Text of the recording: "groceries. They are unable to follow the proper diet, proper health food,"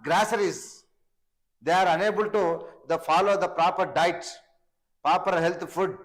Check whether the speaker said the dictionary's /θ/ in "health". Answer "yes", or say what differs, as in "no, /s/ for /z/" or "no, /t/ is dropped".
no, /t/ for /θ/